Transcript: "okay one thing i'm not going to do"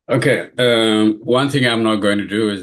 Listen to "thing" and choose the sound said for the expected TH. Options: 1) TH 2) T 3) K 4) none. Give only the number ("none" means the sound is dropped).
1